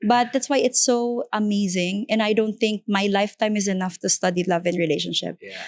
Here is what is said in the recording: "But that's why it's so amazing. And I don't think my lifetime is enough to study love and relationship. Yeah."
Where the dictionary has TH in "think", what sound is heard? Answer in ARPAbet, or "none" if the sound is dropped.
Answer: TH